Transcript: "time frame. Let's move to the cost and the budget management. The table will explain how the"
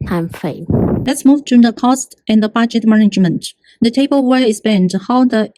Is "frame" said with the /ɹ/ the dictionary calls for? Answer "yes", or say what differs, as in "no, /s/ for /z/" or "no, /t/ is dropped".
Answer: no, /ɹ/ is dropped